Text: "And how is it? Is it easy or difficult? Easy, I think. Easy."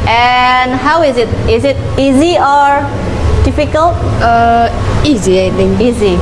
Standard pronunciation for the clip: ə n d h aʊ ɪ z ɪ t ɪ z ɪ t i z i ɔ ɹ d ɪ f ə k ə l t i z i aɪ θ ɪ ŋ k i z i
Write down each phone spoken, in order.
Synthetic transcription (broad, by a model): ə n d h aʊ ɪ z ɪ t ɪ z ɪ t i z i ɔ ɹ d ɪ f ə k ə l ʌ i z i aɪ t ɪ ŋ i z i